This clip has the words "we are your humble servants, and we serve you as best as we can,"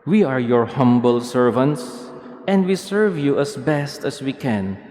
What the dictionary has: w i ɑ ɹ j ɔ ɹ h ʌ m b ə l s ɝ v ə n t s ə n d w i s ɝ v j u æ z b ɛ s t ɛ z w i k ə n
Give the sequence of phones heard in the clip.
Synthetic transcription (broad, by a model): w i ɑ ɹ j ɔ ɹ h ʌ m b ə l s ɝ v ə n t s ə n d w i s ɝ v j u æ s b ɛ s t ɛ s w i k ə n